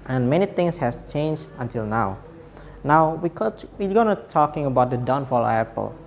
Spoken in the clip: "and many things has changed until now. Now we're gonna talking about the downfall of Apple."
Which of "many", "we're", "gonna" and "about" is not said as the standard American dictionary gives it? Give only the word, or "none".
we're